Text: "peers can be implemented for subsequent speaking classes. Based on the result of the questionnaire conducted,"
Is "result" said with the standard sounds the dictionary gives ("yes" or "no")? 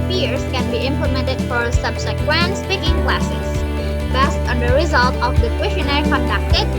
yes